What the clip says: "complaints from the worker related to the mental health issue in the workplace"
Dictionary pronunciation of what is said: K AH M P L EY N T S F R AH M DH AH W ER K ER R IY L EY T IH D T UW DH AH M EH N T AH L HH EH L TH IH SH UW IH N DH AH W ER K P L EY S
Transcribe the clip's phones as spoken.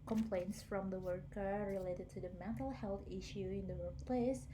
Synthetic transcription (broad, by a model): K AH M P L EY N T S F R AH M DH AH W ER K ER R IY L EY T IH D T UW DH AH M EH N T AH L HH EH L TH IH SH UW IH N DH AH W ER K P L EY S